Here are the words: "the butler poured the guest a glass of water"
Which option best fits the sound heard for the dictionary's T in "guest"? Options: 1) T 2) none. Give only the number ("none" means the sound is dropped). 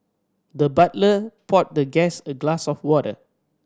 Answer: 2